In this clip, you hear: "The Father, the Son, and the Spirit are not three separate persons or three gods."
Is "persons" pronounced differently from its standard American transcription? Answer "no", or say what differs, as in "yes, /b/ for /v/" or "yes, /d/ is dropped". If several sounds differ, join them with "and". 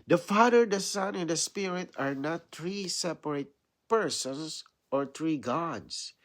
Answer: yes, /s/ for /z/